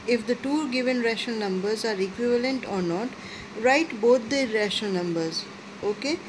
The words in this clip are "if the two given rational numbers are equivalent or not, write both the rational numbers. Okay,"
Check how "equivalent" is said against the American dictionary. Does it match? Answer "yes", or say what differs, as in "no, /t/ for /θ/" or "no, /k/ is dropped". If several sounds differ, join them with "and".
yes